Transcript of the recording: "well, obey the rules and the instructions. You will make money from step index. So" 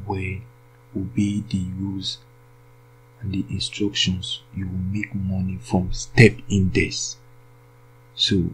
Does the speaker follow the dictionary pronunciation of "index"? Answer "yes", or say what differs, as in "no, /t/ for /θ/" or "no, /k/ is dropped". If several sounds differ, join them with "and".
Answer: no, /k/ is dropped